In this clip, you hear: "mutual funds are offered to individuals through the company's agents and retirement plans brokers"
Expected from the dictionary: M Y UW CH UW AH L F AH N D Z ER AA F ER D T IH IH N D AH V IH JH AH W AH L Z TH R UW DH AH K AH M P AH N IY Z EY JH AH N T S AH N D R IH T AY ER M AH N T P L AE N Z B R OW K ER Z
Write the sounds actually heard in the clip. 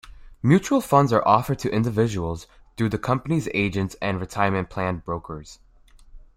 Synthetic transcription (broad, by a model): M Y UW CH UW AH L F AH N D Z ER AA F ER D T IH IH N D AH V IH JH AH W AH L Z TH R UW DH AH K AH M P AH N IY Z EY JH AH N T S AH N R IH T AY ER M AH N P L AE N B R OW K ER Z